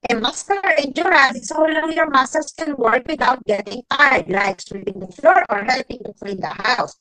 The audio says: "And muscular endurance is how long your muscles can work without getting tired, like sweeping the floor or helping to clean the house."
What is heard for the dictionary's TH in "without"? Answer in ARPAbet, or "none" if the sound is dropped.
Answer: T